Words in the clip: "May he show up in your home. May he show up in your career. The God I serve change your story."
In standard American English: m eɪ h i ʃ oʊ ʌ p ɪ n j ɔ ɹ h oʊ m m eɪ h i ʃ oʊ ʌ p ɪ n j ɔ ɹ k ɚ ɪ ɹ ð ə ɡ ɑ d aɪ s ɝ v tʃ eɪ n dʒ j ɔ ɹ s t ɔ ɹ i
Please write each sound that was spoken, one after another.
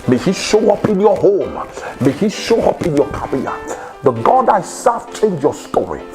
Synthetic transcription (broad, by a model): m eɪ h i ʃ oʊ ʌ p ɪ n j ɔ h oʊ m m eɪ h i ʃ oʊ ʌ p ɪ n j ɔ k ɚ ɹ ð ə ɡ ɑ d aɪ s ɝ f tʃ eɪ n dʒ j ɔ s t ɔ ɹ i